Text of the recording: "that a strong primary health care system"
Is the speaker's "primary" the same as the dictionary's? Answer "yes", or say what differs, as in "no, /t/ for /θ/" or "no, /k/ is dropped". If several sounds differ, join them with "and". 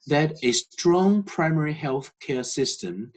yes